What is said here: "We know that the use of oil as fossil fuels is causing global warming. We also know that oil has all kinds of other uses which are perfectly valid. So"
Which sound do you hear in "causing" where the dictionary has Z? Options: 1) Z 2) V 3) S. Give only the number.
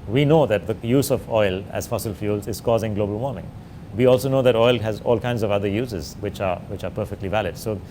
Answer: 1